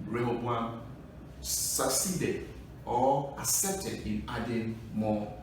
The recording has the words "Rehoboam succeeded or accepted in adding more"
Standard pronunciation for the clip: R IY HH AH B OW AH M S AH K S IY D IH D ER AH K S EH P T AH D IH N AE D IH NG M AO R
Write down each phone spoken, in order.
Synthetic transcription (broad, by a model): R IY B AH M S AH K S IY D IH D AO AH S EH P T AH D IH N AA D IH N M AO